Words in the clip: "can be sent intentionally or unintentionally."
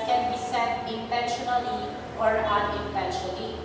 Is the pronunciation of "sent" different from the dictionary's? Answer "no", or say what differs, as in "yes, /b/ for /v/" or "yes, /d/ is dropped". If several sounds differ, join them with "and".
yes, /n/ is dropped